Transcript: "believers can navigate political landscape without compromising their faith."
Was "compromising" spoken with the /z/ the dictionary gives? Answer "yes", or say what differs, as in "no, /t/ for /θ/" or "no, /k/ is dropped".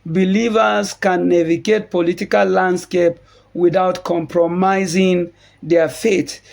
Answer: yes